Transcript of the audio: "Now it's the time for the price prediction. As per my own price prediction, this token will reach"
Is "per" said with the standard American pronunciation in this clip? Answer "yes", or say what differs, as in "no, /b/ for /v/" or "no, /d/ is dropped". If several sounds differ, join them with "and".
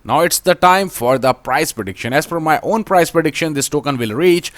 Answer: no, /f/ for /p/